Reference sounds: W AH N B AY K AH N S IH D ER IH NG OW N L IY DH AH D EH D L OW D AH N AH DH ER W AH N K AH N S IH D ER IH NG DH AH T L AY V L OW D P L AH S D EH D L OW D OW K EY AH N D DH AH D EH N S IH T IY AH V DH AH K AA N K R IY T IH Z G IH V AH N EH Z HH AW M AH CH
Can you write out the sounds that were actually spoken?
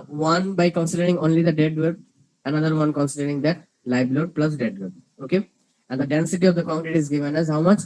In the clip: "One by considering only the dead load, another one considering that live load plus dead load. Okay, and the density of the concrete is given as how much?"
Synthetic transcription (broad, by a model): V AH N B AY K AH N S IH D ER IH NG OW N L IY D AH D EH D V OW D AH N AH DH ER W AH N K AH N S IH D ER IH NG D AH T L AY B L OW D P L AH S D EH D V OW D OW K EY AH N D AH D EH N S IH T IY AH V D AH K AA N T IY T IH Z G IH V AH N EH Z HH AW M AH CH